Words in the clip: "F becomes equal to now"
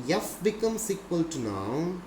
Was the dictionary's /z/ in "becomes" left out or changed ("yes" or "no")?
yes